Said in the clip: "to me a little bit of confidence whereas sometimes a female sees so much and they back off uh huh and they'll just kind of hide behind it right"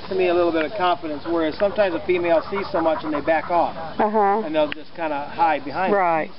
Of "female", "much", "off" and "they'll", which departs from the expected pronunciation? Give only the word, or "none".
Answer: none